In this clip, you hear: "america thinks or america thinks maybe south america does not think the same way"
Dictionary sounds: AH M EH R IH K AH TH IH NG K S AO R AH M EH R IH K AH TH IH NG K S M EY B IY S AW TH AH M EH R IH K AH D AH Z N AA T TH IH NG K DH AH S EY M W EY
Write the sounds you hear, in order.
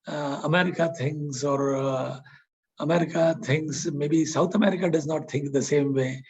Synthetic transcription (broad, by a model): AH M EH R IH K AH T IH NG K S AO R AH M EH R IH K AH T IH NG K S M EY B IY S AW T AH M EH R IH K AH D AH Z N AA T T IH NG K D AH S EY M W EY